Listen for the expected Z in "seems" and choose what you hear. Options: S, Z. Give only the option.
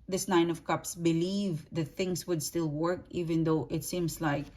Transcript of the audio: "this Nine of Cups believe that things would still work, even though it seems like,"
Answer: S